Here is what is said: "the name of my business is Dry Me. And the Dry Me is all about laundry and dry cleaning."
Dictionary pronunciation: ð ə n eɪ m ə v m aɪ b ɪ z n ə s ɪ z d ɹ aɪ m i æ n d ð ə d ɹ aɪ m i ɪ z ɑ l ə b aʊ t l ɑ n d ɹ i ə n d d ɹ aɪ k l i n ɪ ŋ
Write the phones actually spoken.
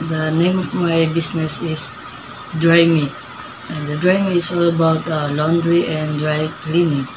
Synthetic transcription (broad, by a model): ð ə n eɪ m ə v m aɪ b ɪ s n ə s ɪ s d ɹ aɪ m i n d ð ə d ɹ aɪ m i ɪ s ɑ l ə b aʊ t l ɑ n d ɹ i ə n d d ɹ aɪ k l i n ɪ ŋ